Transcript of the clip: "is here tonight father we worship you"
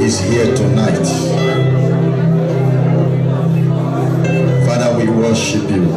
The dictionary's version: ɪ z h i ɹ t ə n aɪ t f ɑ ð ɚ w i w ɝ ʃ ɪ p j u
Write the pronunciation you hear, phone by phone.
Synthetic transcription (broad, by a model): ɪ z h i t ə n aɪ t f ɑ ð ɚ w i w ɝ ʃ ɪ p j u